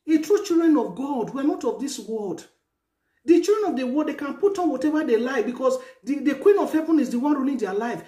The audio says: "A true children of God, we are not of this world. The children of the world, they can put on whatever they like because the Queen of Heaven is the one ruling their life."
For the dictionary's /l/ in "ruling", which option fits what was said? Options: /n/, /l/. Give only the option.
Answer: /n/